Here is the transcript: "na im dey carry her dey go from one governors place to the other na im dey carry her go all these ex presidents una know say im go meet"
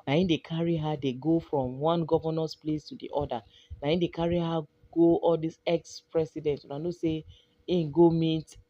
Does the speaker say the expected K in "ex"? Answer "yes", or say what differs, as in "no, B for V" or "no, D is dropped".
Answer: yes